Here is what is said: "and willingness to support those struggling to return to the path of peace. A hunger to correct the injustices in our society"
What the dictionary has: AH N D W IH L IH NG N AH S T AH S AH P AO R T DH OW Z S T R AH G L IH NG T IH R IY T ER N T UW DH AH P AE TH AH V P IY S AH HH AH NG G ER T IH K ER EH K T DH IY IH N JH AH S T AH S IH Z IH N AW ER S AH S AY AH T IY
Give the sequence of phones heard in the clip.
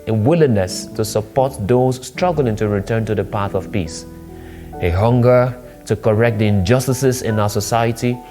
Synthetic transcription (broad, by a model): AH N W IH L IH NG N AH S T AH S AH P AO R T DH OW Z S T R AH G L IH NG T IH R IY T ER N T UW DH AH P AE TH AH V P IY S AH HH AH NG G ER T IH K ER EH K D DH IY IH N JH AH S T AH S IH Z IH N AW ER S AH S AY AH T IY